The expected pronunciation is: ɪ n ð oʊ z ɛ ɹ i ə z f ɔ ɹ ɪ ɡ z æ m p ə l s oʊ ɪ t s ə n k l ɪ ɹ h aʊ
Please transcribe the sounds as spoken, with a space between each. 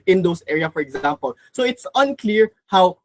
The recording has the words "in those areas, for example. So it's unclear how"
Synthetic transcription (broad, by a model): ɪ n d oʊ s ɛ ɹ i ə f ɔ ɹ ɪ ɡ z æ m p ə l s oʊ ɪ t s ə n k l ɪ ɹ h aʊ